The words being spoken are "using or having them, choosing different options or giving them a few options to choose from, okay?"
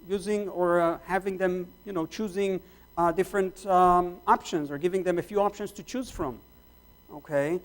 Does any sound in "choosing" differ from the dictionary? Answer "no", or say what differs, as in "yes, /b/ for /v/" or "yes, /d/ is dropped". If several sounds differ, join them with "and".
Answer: no